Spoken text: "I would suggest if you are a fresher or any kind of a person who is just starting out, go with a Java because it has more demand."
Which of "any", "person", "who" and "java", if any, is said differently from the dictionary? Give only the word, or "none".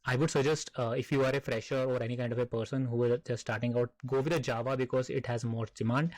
none